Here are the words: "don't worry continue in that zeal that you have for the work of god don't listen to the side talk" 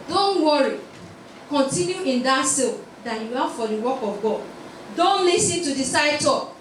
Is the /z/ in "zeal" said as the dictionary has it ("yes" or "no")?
no